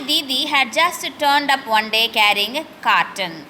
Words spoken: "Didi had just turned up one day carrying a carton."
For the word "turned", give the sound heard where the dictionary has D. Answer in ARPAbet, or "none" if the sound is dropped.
D